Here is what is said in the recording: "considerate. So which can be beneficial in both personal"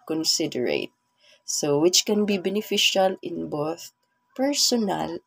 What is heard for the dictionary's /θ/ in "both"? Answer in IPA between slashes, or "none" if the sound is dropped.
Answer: /θ/